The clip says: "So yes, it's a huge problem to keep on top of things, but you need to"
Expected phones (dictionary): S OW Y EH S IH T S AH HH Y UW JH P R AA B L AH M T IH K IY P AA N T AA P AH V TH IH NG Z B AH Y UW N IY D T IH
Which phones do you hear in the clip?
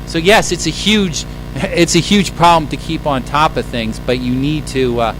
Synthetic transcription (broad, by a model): S OW Y EH S IH T S AH HH Y UW JH P R AA B L AH M T IH K IY P N T AA P AH V TH IH NG Z B AH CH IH N IY D T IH